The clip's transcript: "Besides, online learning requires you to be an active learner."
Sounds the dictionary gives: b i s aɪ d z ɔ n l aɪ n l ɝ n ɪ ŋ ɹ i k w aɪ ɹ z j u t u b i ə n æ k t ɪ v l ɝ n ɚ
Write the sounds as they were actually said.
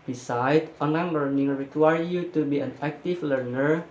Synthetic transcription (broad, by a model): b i s aɪ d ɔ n aɪ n l ɝ n ɪ ŋ ɹ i k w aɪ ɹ j u t u b i ə n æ k t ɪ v l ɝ n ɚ